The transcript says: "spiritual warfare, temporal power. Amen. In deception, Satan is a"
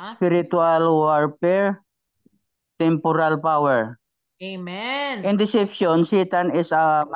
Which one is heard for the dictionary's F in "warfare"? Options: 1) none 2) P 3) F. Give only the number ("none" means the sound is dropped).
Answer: 2